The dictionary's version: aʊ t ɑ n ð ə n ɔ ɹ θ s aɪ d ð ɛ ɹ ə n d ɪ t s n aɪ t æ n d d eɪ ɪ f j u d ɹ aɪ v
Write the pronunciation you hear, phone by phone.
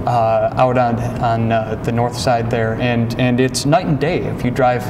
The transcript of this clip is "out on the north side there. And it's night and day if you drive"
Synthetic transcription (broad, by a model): aʊ t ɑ n ð ə n ɔ ɹ θ s aɪ d ð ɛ ɹ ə n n ɪ t s n aɪ t n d d eɪ ɪ f j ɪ d ɹ aɪ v